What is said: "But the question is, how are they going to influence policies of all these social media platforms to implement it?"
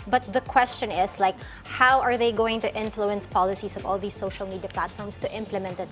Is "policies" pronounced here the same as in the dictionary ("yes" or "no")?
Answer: no